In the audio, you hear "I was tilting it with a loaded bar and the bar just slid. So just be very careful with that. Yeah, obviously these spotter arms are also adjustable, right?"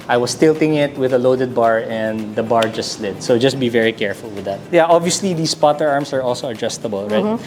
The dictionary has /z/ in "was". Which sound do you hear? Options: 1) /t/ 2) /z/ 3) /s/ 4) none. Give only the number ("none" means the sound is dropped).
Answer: 3